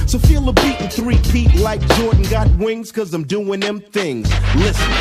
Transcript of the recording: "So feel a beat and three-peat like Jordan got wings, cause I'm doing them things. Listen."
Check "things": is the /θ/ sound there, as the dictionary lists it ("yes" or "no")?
yes